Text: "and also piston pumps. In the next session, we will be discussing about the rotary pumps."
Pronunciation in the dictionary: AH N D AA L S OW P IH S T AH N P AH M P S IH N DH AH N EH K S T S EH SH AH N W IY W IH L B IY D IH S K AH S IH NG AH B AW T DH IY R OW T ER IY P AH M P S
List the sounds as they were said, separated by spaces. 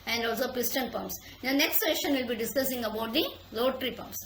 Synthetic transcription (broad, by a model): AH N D AA L S OW P IH S T AH N P AH M P S IH N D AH N EH K S T S EH SH AH N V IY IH L B IY D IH S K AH S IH NG AH B AW T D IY L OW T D IY P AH M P S